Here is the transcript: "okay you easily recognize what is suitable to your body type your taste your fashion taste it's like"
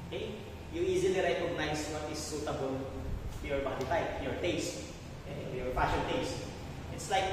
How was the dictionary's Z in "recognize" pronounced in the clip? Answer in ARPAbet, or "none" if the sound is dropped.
S